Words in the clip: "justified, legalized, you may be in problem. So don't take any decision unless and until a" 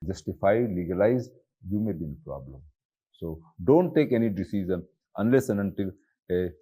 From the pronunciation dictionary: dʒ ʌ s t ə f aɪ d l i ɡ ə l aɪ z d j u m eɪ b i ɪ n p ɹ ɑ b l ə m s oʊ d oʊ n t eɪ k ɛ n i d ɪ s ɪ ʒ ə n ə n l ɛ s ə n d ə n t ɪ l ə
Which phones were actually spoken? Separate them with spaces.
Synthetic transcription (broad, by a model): dʒ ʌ s t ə f aɪ l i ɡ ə l aɪ z j u m eɪ b i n p ɹ ɑ b l ə m s oʊ d oʊ n t eɪ k ɛ n i d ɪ s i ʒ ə n ə n l ɛ s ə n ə n t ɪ l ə